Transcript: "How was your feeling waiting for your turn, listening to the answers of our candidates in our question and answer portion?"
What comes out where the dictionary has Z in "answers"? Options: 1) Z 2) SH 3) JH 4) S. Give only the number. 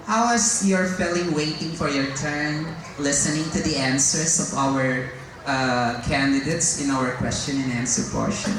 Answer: 4